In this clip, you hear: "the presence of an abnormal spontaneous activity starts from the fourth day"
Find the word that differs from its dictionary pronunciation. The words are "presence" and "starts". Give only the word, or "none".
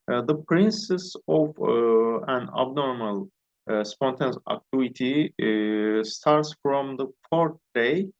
presence